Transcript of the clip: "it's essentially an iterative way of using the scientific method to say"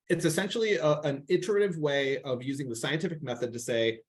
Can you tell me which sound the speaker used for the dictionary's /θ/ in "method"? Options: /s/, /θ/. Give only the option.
/θ/